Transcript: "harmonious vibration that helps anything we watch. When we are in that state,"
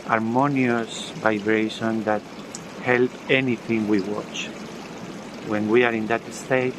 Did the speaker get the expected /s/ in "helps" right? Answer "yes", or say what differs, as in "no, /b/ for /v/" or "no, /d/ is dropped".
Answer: no, /s/ is dropped